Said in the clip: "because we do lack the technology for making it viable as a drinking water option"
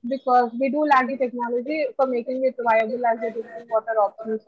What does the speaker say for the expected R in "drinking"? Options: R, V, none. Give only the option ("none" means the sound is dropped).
none